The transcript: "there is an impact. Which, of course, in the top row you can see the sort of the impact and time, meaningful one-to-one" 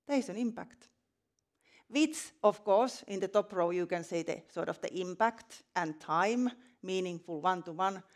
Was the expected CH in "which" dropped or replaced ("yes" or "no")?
yes